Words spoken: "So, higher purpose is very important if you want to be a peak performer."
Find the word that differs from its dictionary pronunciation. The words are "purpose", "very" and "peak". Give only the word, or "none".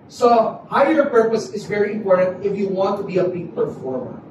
peak